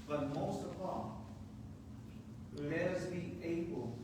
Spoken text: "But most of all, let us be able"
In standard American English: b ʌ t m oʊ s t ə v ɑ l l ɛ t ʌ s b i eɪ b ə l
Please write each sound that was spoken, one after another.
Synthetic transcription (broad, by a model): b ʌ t m oʊ s t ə p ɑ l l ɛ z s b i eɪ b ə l